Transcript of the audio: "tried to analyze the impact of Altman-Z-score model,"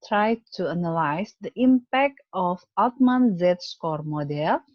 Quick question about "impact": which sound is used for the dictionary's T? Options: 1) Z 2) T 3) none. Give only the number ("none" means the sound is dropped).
2